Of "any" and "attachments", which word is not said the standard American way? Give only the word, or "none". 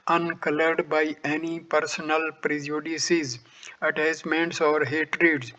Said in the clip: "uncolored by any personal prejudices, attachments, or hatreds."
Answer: attachments